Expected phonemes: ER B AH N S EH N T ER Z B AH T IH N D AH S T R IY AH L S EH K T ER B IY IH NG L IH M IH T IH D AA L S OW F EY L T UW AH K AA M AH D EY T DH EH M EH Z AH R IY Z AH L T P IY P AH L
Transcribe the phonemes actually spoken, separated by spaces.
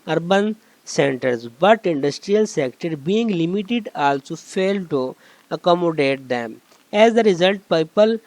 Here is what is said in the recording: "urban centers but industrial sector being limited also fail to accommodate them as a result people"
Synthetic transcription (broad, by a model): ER B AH N S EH N T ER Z B AH T IH N D AH S T R IY AH L S EH K T ER B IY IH NG L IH M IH T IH D AA L S OW F EY L T UW AH K AA M AH D EY T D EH M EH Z AH R IY Z AH L T P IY P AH L